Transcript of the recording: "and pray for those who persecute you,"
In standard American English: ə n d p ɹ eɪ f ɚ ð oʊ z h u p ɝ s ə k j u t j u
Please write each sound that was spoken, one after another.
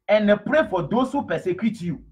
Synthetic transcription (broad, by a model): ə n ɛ p ɹ eɪ f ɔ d oʊ s h u p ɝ s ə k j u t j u